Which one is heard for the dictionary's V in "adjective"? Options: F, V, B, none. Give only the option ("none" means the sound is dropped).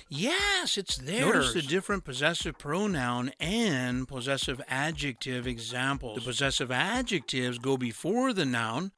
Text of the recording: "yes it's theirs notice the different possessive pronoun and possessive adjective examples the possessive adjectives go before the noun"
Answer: V